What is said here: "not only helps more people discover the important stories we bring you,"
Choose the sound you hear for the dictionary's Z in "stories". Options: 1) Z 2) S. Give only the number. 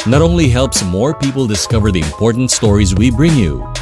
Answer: 1